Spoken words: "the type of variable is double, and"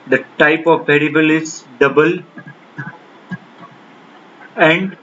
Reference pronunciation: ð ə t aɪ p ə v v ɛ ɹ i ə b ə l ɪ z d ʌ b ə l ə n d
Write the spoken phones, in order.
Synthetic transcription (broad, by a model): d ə t aɪ p ə v p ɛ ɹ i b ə l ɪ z d ʌ b ə l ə n d